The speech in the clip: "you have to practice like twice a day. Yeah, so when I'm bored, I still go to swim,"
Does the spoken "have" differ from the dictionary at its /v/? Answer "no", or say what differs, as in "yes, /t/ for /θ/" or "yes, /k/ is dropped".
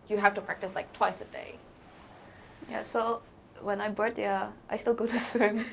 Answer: yes, /f/ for /v/